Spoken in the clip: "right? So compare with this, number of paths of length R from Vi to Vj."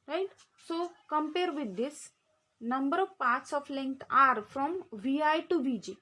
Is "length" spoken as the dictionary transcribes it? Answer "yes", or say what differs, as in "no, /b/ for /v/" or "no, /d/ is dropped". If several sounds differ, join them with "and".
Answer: no, /t/ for /θ/